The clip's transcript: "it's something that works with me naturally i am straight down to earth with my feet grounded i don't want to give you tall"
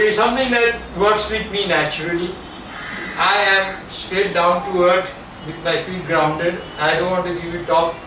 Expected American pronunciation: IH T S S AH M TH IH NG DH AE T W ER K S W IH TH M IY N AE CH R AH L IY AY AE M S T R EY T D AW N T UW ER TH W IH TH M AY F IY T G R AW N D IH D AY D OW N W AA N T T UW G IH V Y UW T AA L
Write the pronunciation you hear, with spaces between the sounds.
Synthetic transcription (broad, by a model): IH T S S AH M T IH NG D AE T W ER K S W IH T M IY N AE CH R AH L IY AY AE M S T EY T D AW N T UW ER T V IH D M AY F IY T G R AW N D IH D AY D OW N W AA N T T UW G IH V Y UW T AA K